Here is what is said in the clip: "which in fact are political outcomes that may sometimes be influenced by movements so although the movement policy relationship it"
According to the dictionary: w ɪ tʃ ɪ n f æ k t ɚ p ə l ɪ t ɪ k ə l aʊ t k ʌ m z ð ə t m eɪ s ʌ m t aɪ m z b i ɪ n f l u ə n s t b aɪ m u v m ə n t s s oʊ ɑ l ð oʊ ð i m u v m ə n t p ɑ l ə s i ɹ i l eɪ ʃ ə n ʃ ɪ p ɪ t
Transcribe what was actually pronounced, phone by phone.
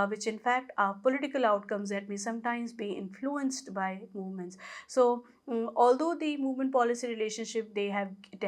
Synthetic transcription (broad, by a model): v ɪ tʃ ɪ n f æ k t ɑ p ə l ɪ t ɪ k ə l aʊ t k ʌ m z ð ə t m eɪ s ʌ m t aɪ m z b i ɪ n f l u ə n s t b aɪ m u v m ə n t s s oʊ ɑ l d oʊ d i m u v m ə n t p ɑ l ə s i ɹ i l eɪ ʃ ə n ʃ ɪ p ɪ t